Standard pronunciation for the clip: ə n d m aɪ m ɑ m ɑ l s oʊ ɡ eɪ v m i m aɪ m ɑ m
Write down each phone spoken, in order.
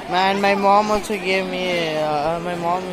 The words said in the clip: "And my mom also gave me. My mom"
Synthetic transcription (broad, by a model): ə n m aɪ m ɑ m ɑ n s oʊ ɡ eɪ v m i m aɪ m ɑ m